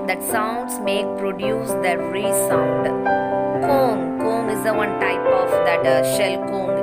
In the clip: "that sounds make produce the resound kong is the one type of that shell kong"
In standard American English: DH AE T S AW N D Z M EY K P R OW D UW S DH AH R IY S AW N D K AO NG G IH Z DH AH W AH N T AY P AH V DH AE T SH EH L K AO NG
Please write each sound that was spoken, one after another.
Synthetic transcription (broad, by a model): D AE T S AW N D S M EY K P R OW D UW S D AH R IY S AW N D K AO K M IH Z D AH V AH N T AY P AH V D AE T SH EH L K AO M